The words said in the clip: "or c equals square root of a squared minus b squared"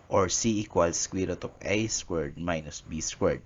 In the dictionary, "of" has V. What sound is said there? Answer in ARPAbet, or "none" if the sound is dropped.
P